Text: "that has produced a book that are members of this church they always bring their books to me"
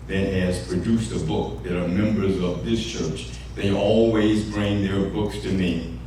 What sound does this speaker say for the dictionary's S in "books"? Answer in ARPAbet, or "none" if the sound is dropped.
S